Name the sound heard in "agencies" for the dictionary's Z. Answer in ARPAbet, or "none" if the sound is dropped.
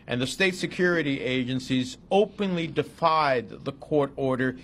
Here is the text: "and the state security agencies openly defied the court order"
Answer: Z